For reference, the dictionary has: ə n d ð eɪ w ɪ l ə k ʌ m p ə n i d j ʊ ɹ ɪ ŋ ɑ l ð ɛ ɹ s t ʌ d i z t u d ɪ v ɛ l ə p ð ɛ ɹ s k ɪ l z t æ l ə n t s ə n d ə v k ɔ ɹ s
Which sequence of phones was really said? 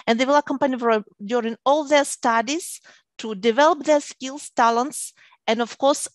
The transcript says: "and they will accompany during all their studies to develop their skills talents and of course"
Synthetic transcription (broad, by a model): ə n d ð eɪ w ɪ l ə k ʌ m p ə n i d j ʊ ɹ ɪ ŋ ɑ l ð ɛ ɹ s t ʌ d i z t u d ɪ v ɛ l ə p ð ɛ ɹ s k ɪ l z t æ l ə n t s ə n d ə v k ɔ ɹ s